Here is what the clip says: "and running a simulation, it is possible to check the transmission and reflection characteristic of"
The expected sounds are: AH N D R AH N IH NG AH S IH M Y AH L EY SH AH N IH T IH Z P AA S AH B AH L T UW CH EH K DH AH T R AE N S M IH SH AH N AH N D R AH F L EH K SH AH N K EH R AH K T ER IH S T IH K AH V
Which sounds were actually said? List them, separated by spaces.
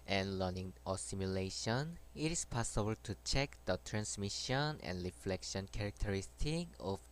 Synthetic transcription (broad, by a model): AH N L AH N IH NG AH S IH M Y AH L EY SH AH N IH T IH S P AA S AH B AH L T UW CH EH K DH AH T R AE N S M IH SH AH N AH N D R AH F L EH K SH AH N K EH R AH K T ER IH S T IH K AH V